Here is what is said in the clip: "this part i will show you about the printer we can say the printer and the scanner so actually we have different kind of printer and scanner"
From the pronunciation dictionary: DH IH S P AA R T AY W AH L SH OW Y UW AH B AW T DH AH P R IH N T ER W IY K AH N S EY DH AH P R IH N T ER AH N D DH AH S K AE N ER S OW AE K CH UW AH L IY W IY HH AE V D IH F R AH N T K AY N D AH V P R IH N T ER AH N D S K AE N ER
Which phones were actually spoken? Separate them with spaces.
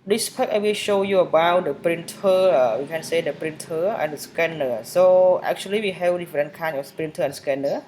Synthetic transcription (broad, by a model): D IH S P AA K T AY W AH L SH OW Y UW AH B AW T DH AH P R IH N T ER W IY K AH N S EY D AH P R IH N T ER AH N D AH S K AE N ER S OW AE K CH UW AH L IY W IY HH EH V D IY F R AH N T K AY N AH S P R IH N T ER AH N S K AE N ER